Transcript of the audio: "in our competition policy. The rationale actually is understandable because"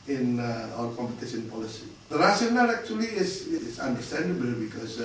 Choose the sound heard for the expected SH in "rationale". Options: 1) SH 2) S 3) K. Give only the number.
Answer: 2